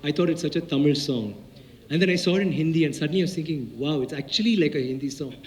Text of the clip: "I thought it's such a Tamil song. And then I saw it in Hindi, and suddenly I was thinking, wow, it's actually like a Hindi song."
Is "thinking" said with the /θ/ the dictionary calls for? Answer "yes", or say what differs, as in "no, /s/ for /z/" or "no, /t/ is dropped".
no, /t/ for /θ/